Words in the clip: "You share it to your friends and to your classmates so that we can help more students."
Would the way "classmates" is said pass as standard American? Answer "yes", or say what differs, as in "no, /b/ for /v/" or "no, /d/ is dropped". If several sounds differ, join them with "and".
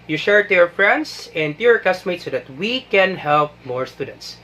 no, /l/ is dropped